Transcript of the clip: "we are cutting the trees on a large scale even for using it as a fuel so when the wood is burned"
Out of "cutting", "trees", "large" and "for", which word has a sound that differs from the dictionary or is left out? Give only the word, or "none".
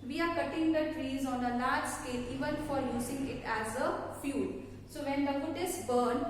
none